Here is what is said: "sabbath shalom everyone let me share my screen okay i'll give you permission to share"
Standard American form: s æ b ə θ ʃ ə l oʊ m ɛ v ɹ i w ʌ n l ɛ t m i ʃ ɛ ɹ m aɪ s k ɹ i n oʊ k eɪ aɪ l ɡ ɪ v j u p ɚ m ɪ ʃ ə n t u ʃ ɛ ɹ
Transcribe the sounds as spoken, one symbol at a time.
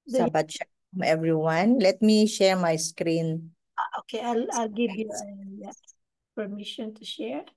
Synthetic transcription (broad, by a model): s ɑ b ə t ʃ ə oʊ m ɛ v ɹ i w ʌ n l ɛ t m i ʃ ɛ ɹ m aɪ s k ɹ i n oʊ k eɪ aɪ l ɡ ɪ v j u p ɚ m ɪ ʃ ə n t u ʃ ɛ ɹ